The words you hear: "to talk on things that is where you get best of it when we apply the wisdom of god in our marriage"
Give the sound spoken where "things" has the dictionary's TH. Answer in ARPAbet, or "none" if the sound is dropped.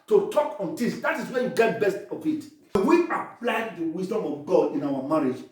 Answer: T